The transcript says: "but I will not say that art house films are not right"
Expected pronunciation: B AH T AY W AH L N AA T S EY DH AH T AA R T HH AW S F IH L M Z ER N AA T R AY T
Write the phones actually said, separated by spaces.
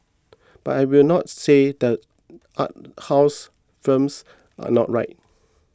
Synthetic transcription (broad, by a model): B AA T AY W AH L N AA T S EY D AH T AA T HH AW S F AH M S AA N AA T R AY T